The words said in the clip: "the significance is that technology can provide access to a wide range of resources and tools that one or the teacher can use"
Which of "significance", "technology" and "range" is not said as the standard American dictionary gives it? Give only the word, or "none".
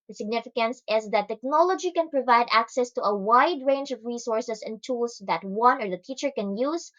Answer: none